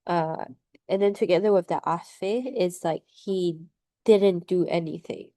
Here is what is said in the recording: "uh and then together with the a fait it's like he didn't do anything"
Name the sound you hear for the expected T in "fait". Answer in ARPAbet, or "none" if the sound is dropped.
none